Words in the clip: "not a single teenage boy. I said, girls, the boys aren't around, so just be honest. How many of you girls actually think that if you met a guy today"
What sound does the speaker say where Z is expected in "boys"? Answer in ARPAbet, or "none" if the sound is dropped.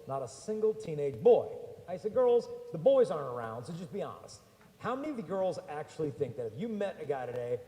Z